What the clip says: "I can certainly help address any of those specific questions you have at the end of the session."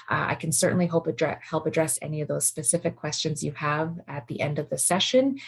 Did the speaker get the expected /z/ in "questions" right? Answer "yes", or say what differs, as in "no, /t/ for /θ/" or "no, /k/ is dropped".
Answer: yes